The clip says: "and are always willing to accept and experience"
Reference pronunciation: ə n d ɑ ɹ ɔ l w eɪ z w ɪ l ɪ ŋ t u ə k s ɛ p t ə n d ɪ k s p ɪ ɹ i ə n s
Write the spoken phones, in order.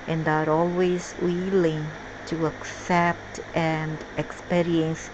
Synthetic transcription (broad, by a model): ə n d ɑ ɹ ɔ l w eɪ z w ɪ l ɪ ŋ t u ə k s ɛ p t ə n d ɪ k s p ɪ ɹ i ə n s